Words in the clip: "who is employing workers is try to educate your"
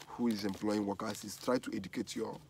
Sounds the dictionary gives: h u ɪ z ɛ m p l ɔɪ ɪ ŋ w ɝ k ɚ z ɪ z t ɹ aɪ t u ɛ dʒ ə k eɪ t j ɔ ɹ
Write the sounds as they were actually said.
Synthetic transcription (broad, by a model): h u ɪ z ɛ m p l ɔɪ ɪ ŋ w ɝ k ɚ s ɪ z t ɹ aɪ t u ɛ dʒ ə k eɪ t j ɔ